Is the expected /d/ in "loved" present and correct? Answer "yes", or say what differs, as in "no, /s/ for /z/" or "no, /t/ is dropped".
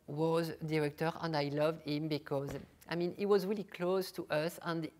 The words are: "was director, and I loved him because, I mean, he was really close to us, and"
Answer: yes